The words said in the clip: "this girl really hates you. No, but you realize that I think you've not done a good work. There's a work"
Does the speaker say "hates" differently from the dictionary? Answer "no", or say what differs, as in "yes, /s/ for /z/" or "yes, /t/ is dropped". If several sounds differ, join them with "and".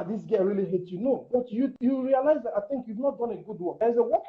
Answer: yes, /s/ is dropped